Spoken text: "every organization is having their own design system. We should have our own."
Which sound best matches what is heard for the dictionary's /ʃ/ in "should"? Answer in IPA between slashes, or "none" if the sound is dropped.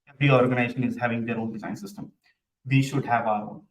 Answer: /ʃ/